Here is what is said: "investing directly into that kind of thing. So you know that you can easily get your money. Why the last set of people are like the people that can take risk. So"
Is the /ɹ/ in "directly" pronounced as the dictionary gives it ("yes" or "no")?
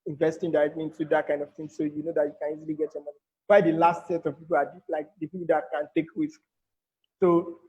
no